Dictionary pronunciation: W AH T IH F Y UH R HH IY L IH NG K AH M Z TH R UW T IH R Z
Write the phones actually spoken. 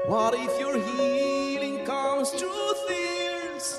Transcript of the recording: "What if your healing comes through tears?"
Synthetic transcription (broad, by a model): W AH T IH F Y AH R HH IY L IH NG K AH M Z T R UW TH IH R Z